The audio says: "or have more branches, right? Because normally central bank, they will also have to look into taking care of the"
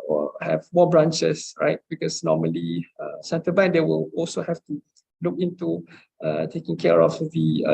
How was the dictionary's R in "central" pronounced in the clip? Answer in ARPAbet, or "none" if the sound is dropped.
none